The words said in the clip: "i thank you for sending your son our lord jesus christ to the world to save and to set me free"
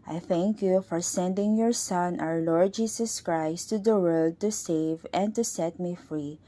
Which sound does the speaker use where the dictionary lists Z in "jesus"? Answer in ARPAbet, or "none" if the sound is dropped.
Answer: S